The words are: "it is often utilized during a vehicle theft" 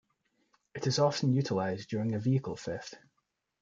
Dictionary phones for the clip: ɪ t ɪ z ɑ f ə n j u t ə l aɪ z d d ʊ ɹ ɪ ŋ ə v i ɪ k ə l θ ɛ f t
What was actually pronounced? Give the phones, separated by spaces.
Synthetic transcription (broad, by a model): ɪ t ɪ z ɑ f ə n j u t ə l aɪ z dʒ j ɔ ɹ ɪ ŋ ə v i ɪ k ə l f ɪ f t